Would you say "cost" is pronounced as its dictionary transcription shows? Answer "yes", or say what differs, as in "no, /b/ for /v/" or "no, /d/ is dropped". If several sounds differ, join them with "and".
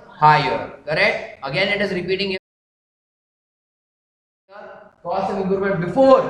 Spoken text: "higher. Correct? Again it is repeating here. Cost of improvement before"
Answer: no, /t/ is dropped